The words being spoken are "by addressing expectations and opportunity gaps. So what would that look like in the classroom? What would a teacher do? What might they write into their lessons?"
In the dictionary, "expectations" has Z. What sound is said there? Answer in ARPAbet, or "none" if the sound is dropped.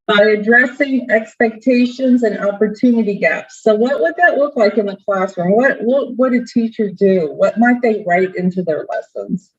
Z